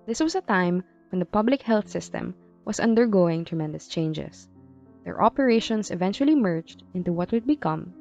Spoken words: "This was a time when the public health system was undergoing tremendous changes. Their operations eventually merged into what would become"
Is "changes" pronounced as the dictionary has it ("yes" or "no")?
no